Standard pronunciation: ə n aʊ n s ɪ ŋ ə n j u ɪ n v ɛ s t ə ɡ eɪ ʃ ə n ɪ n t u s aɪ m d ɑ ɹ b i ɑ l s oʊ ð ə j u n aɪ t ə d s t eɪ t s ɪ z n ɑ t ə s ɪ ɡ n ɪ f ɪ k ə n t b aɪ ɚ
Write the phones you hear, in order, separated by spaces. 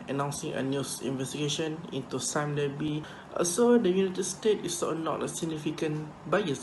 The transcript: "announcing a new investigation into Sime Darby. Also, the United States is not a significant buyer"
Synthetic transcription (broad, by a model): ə n aʊ n s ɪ ŋ ə n j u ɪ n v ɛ s t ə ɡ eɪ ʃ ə n ɪ n t u s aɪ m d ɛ b i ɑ s oʊ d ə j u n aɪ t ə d s t eɪ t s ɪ n ɑ t ə s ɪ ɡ n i f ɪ k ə n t b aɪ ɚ